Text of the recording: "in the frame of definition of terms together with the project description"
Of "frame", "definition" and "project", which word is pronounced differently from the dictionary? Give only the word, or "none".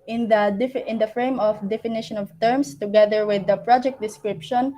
none